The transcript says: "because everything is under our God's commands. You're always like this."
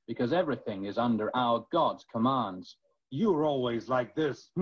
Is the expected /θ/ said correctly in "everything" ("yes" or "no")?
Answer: yes